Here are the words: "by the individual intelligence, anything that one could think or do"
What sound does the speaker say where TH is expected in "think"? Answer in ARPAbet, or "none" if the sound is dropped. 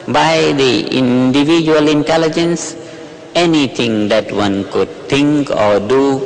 T